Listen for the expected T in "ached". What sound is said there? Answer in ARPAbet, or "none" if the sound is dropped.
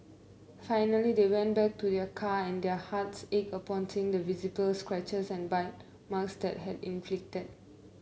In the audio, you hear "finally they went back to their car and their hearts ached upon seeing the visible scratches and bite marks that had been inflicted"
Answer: none